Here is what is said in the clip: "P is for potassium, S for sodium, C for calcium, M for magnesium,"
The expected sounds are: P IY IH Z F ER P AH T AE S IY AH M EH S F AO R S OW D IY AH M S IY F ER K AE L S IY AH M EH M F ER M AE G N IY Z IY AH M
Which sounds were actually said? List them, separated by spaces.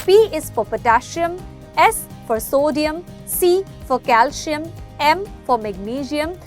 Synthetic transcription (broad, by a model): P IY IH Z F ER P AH T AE SH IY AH M EH S F AO R S OW D IY AH M S IY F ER K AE L SH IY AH M EH M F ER M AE G N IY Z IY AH M